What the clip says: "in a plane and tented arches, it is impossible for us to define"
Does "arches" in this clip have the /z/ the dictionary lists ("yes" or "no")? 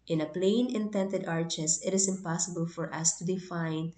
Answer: no